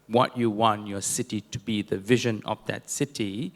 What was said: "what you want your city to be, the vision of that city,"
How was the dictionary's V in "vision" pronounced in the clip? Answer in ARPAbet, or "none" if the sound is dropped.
V